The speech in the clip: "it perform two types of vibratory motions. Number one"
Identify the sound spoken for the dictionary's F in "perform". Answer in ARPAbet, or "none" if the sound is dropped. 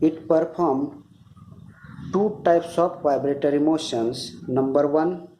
P